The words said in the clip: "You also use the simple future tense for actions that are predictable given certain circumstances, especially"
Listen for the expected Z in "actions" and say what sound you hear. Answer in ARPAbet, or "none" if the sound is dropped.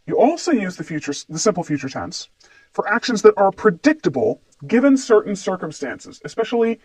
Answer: Z